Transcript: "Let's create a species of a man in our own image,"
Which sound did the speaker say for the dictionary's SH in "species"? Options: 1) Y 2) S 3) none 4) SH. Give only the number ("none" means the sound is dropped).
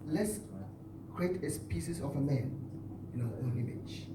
2